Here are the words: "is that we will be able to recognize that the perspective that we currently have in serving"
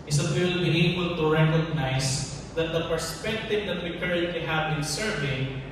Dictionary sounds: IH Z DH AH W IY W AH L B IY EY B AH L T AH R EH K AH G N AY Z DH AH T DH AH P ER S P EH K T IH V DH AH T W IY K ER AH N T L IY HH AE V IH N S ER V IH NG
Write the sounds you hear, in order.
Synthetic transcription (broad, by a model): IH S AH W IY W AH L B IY EY B AH L T AH R EH K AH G N AY S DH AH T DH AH P ER S P EH K T IH V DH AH T W IY K ER AH N T L IY HH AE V IH N S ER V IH NG